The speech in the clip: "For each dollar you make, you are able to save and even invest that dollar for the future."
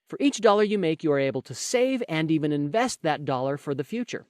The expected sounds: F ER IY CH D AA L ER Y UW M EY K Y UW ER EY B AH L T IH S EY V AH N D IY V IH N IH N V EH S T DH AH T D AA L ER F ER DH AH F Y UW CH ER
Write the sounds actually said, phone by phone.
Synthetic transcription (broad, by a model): F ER IY CH D AA L ER Y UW M EY K Y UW ER EY B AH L T IH S EY V AH N D IY V IH N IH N V EH S T DH AH T D AA L ER F ER DH AH F Y UW CH ER